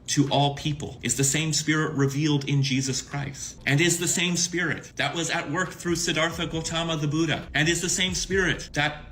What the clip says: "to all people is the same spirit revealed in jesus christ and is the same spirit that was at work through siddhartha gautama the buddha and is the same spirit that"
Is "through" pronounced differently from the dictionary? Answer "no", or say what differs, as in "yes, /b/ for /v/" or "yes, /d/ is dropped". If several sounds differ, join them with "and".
no